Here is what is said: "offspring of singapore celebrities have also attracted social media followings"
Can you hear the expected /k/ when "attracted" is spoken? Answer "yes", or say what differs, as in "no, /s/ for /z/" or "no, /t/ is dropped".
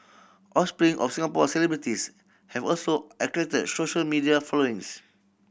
no, /k/ is dropped